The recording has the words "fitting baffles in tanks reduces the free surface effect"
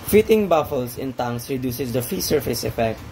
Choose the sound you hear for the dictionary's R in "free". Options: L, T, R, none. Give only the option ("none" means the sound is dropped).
none